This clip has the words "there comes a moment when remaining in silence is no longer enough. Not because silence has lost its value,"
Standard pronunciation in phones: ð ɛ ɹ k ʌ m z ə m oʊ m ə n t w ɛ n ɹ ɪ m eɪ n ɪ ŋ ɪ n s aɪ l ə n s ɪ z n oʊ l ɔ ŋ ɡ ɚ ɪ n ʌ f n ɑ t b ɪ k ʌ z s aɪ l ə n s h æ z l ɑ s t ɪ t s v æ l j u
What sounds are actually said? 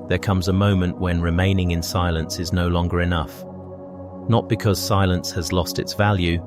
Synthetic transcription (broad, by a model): ð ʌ ɹ k ʌ m z ə m oʊ m ə n t w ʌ n ɹ ɪ m eɪ n ɪ ŋ ɪ n s aɪ l ə n s ɪ z n oʊ l ɔ ŋ ɡ ɚ ɪ n ʌ f n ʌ t b ɪ k ʌ z s aɪ l ə n s h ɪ z l ɑ s t ɪ t s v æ l j u